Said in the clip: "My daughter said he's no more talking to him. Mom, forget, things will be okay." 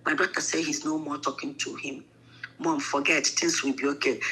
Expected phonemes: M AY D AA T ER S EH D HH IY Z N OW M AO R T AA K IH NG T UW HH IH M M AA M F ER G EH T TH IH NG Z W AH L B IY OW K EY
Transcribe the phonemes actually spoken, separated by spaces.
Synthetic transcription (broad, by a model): M AY D AA T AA S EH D HH IY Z N OW M AO T AA K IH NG T UW HH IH M M AA M F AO G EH T T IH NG S W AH B IY OW K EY